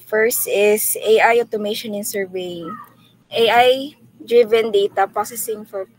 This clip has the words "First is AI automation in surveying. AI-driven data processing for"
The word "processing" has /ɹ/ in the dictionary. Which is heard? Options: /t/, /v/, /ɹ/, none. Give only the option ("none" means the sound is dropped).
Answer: none